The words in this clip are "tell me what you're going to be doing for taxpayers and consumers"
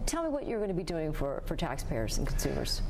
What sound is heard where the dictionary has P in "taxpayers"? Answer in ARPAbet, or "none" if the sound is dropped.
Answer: P